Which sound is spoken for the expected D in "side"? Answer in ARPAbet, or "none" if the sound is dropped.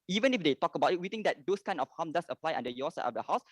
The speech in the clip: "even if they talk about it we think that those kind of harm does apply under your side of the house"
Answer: none